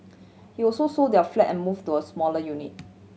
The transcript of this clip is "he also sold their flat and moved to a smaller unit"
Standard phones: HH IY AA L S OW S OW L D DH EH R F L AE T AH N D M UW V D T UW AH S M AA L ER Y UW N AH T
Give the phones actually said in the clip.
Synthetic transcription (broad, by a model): HH IY AA L S OW S OW D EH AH F L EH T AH N M UW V T UW AH S M AA L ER Y UW N AH T